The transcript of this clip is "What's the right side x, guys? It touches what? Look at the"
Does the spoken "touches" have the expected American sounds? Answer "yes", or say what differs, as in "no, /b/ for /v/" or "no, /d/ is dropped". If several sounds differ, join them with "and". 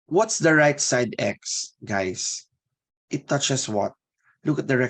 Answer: no, /s/ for /z/